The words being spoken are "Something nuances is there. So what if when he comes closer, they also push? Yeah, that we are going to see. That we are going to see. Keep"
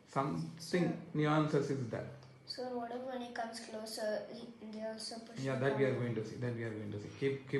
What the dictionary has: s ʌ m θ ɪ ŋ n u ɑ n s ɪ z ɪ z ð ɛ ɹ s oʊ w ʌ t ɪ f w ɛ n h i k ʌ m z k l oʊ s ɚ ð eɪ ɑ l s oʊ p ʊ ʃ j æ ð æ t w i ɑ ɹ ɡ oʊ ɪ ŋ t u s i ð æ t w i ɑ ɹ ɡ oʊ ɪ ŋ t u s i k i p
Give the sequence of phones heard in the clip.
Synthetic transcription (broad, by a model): s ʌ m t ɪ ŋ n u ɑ n s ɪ s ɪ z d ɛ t s oʊ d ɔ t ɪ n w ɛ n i k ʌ m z k l oʊ s ɚ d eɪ ɑ l s oʊ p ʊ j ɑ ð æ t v i ɑ ɹ ɡ oʊ ɪ ŋ t u s i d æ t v i ɑ ɹ ɡ oʊ ɪ ŋ t u s i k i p